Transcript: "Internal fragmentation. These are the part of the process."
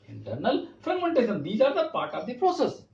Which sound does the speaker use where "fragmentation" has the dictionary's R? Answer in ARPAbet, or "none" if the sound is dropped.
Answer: none